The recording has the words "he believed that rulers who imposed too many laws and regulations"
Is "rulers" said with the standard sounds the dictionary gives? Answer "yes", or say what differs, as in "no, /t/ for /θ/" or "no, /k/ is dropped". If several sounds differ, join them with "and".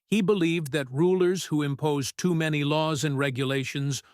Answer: yes